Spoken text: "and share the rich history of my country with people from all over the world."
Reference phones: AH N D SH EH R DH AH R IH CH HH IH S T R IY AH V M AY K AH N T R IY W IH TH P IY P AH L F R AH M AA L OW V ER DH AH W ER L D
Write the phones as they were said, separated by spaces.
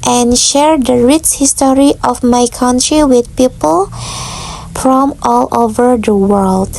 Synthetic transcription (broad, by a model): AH N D SH EH R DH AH R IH S HH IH S T R IY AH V M AY K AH N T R IY W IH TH P IY P AH L F R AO M AA L OW V ER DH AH W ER L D